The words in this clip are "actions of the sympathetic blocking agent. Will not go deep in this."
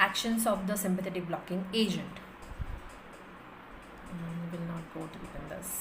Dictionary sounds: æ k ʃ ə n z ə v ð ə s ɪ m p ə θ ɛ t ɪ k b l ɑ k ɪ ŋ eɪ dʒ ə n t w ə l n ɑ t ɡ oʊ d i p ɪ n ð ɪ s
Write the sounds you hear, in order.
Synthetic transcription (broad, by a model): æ k ʃ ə n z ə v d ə s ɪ m p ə t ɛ t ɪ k b l ɑ k ɪ ŋ eɪ dʒ ə n t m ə l n ɑ t ɡ oʊ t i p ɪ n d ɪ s